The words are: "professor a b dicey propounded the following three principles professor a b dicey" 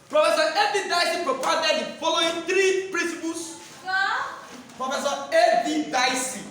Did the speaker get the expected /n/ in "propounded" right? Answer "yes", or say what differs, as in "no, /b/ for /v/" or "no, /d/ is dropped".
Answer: no, /n/ is dropped